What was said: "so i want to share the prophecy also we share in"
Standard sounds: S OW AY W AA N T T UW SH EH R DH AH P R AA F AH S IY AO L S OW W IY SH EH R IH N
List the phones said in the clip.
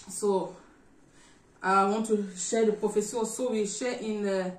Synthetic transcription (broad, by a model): S OW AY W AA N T T UW SH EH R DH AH P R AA F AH S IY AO S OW W IY SH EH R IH N